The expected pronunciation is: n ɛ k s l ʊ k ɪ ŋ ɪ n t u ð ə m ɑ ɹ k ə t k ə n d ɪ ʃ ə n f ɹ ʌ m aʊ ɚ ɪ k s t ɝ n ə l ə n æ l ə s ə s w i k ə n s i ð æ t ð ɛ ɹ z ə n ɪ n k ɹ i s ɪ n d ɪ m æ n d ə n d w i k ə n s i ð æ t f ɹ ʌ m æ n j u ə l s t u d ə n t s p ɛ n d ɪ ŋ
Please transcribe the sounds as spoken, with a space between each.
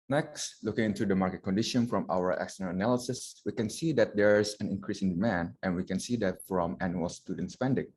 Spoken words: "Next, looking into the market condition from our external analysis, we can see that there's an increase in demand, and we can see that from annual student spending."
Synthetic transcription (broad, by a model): n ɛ k s l ʊ k ɪ ŋ ɪ n t u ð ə m ɑ ɹ k ə t k ə n d ɪ ʃ ə n f ɹ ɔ m aʊ ɚ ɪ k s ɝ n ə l ə n æ l ə s ə s w i k ə n s i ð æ t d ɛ ɹ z ə n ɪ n k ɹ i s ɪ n d ɪ m æ n d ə n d w i k ə n s i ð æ t f ɹ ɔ m æ n j u ə l s t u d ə n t s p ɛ n d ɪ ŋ